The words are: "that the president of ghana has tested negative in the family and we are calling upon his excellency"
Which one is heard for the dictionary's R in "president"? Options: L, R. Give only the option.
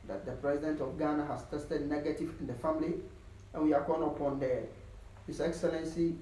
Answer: R